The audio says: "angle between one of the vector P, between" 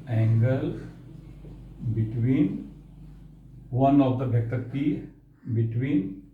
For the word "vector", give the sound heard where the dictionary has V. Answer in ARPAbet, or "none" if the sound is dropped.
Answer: B